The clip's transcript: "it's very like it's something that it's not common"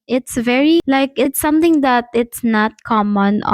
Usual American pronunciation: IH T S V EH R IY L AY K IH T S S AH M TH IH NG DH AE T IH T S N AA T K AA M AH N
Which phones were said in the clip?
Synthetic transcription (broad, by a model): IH T S V EH R IY L AY K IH T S S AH M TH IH NG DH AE T IH T S N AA T K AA M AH N